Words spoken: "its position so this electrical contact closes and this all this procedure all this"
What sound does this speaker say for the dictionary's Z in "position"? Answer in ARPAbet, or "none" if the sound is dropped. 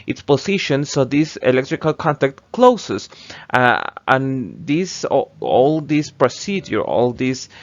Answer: S